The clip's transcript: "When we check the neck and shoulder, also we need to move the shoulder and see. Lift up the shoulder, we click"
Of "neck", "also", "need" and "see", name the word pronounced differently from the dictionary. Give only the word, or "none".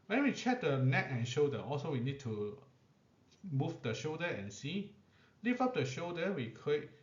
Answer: none